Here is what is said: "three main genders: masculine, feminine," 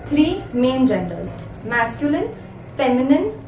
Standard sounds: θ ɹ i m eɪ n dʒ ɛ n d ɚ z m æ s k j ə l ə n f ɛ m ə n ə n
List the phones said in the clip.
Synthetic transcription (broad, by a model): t ɹ i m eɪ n dʒ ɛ n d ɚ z m æ s k j ə l ə n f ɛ m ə n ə n